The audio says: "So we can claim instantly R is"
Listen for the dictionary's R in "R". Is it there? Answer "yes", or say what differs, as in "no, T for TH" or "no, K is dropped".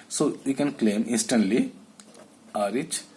yes